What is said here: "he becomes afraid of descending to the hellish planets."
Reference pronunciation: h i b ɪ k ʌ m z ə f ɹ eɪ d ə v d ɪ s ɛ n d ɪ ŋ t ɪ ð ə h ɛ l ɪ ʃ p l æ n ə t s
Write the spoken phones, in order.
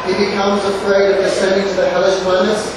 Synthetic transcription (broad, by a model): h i b ɪ k ʌ m z ə f ɹ eɪ d ə v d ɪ s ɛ n d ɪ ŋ t ɪ ð ə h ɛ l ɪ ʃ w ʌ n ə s